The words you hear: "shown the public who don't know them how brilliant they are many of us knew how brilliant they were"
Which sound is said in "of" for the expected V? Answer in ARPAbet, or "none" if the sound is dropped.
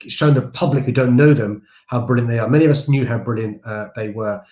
V